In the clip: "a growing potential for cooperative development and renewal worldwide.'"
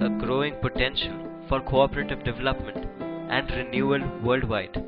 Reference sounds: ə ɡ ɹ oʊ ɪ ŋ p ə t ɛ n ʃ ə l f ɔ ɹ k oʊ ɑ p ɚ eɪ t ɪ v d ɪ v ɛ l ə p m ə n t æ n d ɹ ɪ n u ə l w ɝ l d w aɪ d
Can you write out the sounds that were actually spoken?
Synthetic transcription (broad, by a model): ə ɡ ɹ oʊ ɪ ŋ p ə t ɛ n ʃ ə l f ɔ ɹ k oʊ ɑ p ɚ eɪ t ɪ v d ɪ v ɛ l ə p m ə n t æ n d ɹ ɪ n u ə l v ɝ l d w aɪ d